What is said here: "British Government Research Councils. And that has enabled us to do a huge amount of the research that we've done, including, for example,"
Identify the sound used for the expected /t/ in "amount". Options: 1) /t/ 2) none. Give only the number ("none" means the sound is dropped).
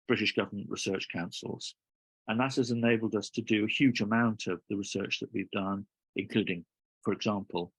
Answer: 1